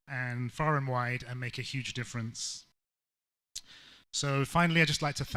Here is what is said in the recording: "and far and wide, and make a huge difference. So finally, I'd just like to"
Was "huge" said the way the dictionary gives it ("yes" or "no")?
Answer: yes